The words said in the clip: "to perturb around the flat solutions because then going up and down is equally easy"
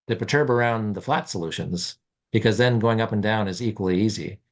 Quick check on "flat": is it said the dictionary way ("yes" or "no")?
yes